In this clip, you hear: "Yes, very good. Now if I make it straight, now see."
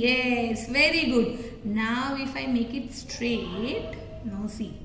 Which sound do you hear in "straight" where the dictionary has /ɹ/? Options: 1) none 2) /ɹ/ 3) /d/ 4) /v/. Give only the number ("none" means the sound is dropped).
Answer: 2